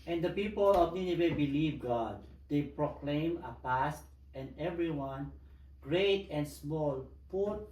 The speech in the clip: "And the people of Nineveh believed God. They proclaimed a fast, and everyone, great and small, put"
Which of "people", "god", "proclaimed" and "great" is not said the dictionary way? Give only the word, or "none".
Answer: proclaimed